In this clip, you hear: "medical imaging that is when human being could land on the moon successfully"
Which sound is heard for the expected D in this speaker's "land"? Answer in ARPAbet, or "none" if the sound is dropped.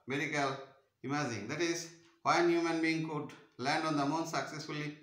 D